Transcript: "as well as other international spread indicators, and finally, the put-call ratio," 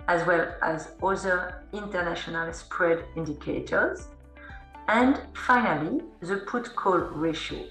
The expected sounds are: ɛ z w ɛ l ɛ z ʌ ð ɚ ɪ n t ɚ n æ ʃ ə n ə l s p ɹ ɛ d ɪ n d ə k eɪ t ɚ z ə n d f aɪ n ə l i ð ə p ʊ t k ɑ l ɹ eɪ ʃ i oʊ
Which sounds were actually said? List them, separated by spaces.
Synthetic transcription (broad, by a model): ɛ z w ɛ l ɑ z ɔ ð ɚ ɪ n t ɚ n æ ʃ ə n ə l s p ɹ ɛ d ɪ n d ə k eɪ t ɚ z ə n d f aɪ n ə l i ð ə p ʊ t k ɑ l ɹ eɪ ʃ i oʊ